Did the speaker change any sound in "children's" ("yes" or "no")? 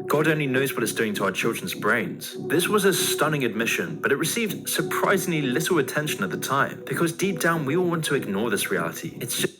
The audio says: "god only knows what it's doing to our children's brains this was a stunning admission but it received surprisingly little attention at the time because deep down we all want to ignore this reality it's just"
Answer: no